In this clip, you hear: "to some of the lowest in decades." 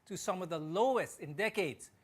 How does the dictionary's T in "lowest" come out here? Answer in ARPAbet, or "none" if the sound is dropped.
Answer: T